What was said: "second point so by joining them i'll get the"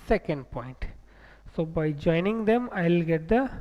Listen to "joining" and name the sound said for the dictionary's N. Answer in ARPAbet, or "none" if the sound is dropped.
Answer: N